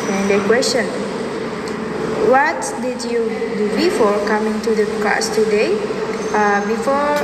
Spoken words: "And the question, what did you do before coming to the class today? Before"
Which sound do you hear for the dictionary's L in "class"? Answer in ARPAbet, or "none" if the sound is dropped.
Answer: none